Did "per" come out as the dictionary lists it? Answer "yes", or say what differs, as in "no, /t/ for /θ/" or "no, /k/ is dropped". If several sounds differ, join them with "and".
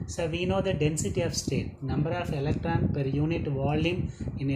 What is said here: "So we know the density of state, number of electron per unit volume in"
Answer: yes